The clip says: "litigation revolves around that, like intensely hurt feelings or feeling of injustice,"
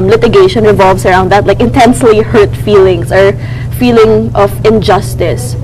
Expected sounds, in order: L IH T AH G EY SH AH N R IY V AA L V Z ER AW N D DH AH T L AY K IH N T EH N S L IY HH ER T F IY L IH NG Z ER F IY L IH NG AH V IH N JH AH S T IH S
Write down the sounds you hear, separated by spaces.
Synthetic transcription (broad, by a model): L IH T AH G EY SH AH N R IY V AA L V S ER AW N D DH AH T L AY K IH N T EH N S L IY HH ER T F IY L IH NG S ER F IY L IH NG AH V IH N JH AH S T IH S